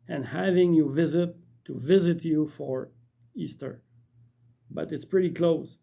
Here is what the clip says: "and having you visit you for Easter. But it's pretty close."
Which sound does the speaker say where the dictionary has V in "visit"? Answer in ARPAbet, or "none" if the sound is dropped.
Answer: V